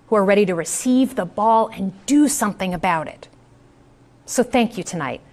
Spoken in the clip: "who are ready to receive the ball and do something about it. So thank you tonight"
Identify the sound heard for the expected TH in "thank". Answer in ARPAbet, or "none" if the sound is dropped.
TH